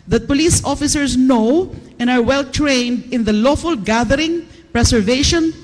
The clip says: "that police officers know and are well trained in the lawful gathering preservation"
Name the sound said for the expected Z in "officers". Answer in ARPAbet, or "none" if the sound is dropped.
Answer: S